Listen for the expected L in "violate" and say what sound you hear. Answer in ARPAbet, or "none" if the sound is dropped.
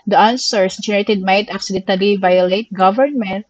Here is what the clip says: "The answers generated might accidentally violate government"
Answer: L